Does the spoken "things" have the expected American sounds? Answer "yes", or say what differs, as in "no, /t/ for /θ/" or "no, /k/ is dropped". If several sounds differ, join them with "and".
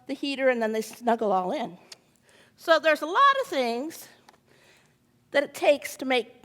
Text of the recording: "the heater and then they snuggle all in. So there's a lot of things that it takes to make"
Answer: yes